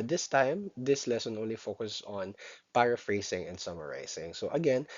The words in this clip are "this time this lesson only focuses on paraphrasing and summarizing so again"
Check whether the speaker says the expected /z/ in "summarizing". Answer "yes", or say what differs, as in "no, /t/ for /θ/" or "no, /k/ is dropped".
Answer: no, /s/ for /z/